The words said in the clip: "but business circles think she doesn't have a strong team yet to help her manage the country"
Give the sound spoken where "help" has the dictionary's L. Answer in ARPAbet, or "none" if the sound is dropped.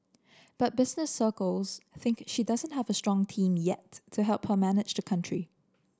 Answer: L